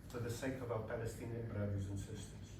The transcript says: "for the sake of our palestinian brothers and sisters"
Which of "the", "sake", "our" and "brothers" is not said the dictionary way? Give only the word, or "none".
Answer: none